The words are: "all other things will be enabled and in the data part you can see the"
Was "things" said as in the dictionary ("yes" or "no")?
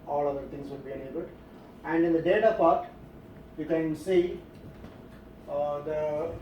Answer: no